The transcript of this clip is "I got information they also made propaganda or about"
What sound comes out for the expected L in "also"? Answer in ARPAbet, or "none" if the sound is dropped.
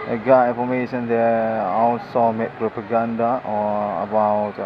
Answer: W